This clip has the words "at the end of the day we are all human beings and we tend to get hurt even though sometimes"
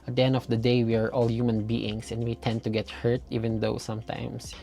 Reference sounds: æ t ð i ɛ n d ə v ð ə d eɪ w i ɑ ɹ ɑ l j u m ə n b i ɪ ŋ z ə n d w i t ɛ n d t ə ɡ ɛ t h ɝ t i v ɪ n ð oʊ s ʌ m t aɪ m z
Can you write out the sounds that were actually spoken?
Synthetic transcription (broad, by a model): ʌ t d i ɛ n d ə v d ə d eɪ w i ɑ ɹ ɑ l j u m ə n b i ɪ ŋ s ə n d w i t ɛ n d t ə ɡ ɛ t h ɝ t i v ɪ n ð oʊ s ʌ m t aɪ m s